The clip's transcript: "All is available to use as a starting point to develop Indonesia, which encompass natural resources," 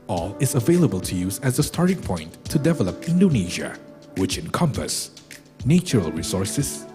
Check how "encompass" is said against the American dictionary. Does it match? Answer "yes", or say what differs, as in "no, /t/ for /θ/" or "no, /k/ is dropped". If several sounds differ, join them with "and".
yes